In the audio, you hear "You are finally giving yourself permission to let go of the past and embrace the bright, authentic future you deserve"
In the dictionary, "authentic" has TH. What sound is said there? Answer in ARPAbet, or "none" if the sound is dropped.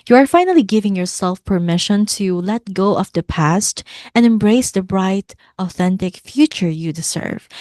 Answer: TH